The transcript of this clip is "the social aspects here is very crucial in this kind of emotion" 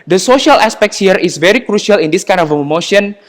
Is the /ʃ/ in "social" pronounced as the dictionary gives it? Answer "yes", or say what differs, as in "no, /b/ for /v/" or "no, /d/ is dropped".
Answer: yes